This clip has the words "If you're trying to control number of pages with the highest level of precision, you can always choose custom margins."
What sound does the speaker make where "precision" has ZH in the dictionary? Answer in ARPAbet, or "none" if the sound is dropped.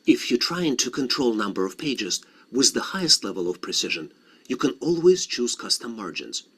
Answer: ZH